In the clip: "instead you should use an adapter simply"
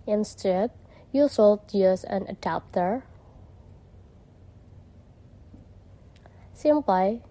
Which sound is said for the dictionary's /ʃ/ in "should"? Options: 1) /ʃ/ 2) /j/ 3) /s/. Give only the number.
3